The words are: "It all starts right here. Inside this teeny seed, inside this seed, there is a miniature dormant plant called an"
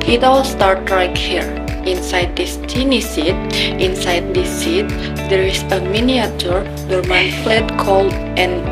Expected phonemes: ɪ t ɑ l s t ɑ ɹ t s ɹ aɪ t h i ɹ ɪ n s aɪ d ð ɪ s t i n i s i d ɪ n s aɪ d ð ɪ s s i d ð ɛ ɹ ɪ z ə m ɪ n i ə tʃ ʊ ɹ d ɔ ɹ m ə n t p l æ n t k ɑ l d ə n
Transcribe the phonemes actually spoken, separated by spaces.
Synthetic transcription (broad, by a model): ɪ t ɑ l s t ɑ ɹ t ɹ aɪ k h i ɹ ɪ n s aɪ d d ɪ s t i n i s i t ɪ n s aɪ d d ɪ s s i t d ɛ ɹ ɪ s ə m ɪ n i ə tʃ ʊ ɹ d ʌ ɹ m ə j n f l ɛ t k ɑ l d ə n